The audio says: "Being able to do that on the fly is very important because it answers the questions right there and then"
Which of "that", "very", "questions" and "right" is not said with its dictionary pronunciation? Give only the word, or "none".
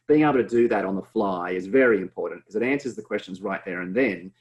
none